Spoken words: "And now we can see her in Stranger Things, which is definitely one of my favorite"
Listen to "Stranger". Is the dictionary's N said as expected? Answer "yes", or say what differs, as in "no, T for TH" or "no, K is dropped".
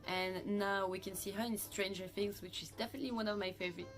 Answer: yes